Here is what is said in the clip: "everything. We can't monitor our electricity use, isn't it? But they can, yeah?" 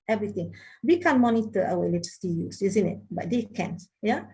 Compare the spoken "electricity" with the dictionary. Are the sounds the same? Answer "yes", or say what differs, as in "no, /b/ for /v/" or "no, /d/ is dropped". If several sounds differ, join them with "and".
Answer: no, /k/ is dropped